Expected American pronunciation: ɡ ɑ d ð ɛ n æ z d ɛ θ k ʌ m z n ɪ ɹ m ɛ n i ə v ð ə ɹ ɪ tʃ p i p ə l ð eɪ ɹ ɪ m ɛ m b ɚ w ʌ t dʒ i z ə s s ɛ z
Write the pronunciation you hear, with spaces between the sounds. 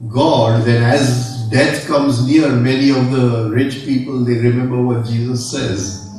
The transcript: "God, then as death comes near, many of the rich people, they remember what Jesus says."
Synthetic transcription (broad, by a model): ɡ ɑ d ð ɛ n æ z d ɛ t k ʌ m z n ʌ ɹ m ɛ n i ə v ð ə ɹ ɪ tʃ p i p ə l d eɪ ɹ ɪ m ɛ m b ɚ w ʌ t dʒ i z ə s s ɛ z